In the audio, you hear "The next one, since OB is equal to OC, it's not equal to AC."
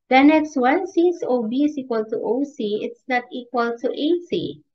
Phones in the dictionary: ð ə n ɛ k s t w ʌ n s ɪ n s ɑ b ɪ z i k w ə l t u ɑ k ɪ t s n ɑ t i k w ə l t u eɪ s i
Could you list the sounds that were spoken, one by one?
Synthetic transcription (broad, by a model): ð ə n ɛ k s t w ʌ n s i s ɑ b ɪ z i k w ə l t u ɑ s ɪ t s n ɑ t i k w ə l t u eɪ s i